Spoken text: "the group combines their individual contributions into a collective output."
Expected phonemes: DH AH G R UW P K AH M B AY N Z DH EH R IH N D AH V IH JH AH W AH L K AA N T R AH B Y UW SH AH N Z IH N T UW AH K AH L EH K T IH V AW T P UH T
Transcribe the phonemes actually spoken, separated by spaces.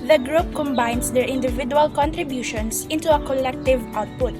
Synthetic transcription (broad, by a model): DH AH G R UW P K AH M B AY N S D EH R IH N D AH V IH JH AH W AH L K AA N T R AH B Y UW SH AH N S IH N T UW AH K AH L EH K T IH V AW T P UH T